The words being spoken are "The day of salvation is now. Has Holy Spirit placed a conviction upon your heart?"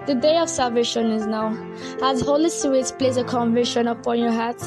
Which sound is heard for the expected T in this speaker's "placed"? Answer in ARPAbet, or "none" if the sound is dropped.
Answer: none